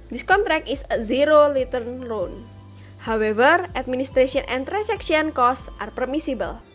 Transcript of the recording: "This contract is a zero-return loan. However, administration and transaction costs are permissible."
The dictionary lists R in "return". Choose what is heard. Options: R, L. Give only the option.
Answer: L